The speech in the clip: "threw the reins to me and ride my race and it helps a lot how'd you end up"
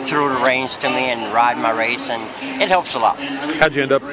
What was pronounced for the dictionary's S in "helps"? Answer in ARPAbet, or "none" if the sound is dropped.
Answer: S